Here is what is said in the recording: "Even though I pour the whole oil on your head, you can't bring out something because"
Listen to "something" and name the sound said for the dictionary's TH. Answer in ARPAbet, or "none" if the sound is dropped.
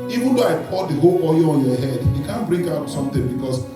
T